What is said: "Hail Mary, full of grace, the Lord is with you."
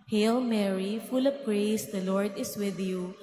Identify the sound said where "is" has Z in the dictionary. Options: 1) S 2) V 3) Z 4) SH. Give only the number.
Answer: 1